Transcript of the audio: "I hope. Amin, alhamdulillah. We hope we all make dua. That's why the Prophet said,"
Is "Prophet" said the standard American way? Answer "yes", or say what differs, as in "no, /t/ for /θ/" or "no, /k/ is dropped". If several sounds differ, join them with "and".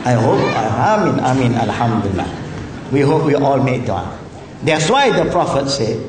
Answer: yes